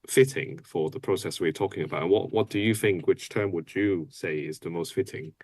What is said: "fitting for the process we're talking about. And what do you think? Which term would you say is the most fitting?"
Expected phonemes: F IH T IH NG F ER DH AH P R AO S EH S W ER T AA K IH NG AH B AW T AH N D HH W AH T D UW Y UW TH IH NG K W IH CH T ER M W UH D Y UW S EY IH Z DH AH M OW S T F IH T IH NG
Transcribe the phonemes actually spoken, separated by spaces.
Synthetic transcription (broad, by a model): F IH T IH NG F ER DH AH P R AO S EH S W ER T AA K IH NG AH B AW T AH N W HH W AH T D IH Y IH TH IH NG K W IH CH T ER M W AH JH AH S EY IH Z DH AH M OW S T F IH T IH NG